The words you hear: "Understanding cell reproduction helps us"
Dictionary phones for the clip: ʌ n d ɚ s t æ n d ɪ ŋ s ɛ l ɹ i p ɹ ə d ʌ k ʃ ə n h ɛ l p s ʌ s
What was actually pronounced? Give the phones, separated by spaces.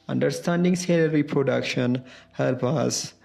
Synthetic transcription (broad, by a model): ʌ n d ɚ s t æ n d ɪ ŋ s ɛ l ɹ i p ɹ ə d ʌ k ʃ ə n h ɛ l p ɑ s